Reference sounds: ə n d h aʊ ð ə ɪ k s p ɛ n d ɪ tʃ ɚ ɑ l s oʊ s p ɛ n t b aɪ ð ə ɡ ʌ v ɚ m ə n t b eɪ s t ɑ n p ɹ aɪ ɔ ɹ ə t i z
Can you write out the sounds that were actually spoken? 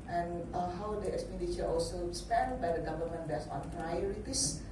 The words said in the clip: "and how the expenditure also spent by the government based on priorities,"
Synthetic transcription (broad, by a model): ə n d h aʊ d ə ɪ k s p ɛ n d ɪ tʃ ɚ ɑ l s oʊ s p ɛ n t b aɪ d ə ɡ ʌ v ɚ m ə n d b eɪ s ɑ n p ɹ aɪ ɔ ɹ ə t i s